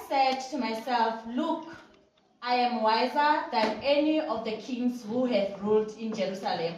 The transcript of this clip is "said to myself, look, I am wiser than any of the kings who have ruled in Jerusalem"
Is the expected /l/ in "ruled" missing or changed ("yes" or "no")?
no